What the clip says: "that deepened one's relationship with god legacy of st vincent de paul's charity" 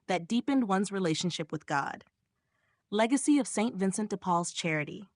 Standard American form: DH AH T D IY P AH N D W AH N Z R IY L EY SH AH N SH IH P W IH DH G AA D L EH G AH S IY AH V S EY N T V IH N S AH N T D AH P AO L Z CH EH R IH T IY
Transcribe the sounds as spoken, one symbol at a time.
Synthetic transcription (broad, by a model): DH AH T D IY P AH N D W AH N Z R IY L EY SH AH N SH IH P W IH DH G AA D L EH G AH S IY AH V S EY N T V IH N S AH N T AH P AO L Z CH EH R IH T IY